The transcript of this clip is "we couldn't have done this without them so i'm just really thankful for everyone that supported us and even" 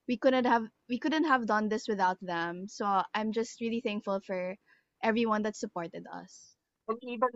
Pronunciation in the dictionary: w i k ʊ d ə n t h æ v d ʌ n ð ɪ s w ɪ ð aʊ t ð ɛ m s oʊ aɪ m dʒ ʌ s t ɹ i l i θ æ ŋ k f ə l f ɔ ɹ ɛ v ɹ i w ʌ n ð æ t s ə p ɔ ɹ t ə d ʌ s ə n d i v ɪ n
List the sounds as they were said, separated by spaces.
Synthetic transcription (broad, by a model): w i k ʊ d ə n t h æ v d ʌ n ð ɪ s w ɪ ð aʊ t ð ɛ m s oʊ aɪ m dʒ ʌ s t ɹ i l i θ æ ŋ k f ə l f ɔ ɹ ɛ v ɹ i w ʌ n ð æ t s ə p ɔ ɹ t ə d ʌ s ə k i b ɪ